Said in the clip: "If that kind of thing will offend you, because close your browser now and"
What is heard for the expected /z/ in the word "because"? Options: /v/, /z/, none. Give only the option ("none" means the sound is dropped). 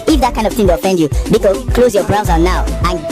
none